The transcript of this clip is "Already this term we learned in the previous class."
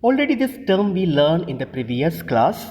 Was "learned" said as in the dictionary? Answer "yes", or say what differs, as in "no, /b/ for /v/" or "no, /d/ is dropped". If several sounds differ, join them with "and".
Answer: no, /d/ is dropped